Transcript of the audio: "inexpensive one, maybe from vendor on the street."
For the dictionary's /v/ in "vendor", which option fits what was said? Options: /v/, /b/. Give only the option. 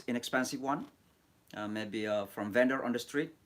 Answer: /v/